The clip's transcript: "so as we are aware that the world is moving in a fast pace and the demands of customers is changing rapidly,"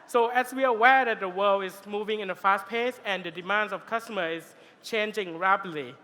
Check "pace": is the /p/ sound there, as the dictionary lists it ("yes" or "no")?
yes